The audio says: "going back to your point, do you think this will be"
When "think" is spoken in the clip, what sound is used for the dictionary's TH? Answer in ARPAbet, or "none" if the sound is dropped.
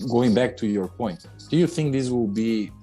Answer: TH